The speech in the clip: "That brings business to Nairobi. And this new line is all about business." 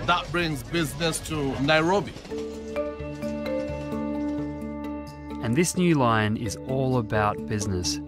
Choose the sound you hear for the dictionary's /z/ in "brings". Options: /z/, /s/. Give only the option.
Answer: /z/